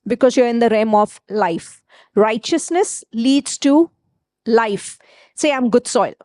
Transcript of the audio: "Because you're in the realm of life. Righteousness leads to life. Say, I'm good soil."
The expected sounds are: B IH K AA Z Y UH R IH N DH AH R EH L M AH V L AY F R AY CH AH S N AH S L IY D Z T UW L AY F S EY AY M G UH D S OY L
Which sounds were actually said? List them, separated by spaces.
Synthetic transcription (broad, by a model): B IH K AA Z Y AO R IH N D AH R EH M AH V L AY F R AY CH AH S N AH S L IY D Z T UW L AY F S EY AY M G UH D S OY L